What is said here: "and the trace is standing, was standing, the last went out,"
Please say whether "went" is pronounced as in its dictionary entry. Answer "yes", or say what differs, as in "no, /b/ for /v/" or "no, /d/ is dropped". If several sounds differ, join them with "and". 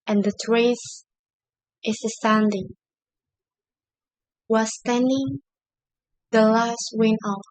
no, /t/ is dropped